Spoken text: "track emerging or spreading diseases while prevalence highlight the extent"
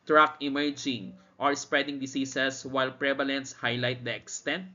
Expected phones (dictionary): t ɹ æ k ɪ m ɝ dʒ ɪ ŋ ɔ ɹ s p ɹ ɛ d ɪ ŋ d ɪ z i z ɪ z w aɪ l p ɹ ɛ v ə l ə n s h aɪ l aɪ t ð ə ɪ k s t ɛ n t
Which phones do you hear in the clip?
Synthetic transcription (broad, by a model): t ɹ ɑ k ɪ m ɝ dʒ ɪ ŋ ɔ ɹ s p ɹ ɛ d ɪ ŋ d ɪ s i s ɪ s w aɪ l p ɹ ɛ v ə l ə n s h aɪ l aɪ t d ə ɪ k s t ɛ n t